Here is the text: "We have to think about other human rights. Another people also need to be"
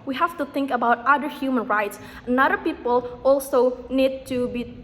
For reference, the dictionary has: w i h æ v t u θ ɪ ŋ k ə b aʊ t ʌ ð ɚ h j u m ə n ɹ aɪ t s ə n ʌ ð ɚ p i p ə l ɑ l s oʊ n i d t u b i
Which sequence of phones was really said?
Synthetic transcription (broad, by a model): w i h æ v t u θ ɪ ŋ k ə b aʊ t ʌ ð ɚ h j u m ə n ɹ aɪ t s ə n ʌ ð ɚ p i p ə l ɑ l s oʊ n i d t u b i